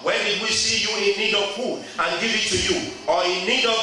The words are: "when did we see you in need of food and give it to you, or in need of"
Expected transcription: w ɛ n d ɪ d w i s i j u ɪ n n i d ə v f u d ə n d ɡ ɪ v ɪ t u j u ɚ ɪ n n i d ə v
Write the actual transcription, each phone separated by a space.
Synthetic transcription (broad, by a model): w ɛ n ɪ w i s i j u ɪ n n i d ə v p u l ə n ɡ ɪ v ɪ t u j u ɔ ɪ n n i d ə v